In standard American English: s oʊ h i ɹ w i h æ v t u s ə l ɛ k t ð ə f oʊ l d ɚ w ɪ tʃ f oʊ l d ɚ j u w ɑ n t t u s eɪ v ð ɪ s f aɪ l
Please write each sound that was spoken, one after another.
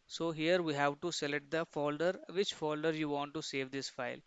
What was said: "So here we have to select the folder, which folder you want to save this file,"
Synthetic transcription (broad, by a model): s oʊ h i ɹ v i h æ v t u s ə l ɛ t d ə f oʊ l d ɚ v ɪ tʃ f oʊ l d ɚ j u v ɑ n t t u s eɪ v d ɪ s f aɪ l